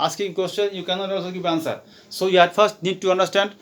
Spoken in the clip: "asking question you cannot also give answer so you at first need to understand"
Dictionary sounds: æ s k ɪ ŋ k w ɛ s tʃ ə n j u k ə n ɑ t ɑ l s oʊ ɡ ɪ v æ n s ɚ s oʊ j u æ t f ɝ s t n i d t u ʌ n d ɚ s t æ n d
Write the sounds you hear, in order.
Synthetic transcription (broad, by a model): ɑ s k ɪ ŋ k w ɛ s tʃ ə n j u k ə n ɑ t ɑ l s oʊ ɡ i b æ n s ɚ s oʊ j u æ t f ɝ s t n i d t u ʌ n d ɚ s t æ n d